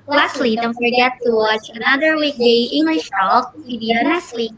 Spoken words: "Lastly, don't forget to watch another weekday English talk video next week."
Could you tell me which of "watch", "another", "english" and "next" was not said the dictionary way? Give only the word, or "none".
next